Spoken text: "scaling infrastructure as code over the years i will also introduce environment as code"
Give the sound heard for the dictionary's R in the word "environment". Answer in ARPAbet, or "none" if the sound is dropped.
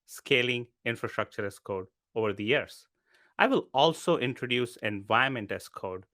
none